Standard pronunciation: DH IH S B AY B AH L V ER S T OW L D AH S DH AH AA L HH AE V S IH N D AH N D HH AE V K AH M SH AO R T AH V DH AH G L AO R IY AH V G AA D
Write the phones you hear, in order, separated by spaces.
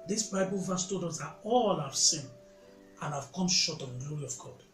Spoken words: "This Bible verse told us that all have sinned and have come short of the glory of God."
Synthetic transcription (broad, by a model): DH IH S B AY B AH L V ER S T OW D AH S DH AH AA L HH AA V S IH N AH N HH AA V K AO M SH AO T AH V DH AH G L AO R IY AH V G AA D